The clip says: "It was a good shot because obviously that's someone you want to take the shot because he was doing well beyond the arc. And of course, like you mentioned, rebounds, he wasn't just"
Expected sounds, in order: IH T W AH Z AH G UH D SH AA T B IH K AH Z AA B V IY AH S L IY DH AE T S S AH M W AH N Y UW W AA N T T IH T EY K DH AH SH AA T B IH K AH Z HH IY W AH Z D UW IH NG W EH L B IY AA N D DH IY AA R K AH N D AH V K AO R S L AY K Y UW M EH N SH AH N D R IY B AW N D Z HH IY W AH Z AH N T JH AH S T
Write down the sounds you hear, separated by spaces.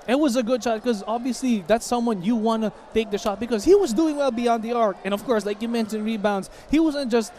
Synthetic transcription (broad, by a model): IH T W AH Z AH G UH D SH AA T K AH Z AA B V IY AH S L IY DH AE T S S AH M W AH N Y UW W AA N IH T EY K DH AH SH AA T B IH K AH Z HH IY W AH Z D UW IH NG W EH L B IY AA N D DH IY AA R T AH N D AH V K AO R S L AY K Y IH M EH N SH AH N R IY B AW N D Z HH IY W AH Z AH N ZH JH AH S T